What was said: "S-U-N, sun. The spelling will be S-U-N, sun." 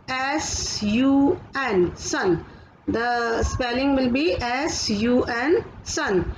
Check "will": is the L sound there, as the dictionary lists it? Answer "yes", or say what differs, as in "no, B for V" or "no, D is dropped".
yes